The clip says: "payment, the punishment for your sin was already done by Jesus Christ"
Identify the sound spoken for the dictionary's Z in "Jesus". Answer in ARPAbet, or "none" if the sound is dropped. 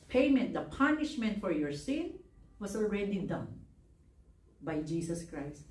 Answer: S